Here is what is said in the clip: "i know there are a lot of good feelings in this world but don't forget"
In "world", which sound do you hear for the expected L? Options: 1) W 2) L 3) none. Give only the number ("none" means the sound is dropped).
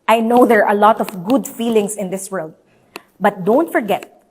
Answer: 2